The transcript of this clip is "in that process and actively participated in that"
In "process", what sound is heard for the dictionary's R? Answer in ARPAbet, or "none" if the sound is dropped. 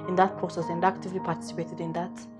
none